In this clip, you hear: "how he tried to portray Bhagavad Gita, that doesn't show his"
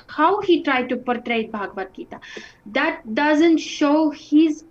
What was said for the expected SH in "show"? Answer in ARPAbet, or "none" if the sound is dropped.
SH